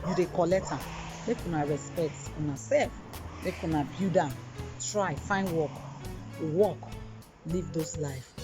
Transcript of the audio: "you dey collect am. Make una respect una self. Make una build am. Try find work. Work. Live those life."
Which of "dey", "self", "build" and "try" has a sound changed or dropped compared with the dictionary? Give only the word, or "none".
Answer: build